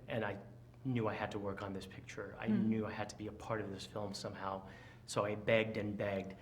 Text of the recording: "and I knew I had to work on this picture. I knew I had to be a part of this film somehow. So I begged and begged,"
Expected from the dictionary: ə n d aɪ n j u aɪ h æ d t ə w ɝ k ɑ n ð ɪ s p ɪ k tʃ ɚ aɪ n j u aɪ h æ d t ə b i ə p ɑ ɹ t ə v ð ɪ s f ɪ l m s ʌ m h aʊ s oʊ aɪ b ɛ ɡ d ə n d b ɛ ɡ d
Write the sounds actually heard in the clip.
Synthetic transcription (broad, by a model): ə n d aɪ n j u aɪ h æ d t ə w ɝ k n ð ɪ s p ɪ k tʃ ɚ aɪ n j u aɪ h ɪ d t ə b i ə p ɑ ɹ t ə v ð ɪ s f ɪ l m s ʌ m h aʊ s oʊ aɪ b ɛ ɡ d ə n b ɛ ɡ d